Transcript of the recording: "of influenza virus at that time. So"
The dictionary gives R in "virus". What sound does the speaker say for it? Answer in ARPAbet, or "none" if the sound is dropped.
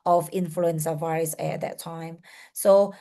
none